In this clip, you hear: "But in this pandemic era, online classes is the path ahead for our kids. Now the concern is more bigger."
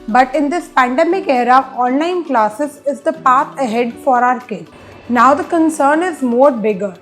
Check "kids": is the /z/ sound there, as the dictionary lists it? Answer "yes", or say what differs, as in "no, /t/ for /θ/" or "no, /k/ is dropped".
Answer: no, /z/ is dropped